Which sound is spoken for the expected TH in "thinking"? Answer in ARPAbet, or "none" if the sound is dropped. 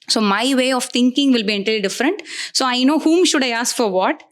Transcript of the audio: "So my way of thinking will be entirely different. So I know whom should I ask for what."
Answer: T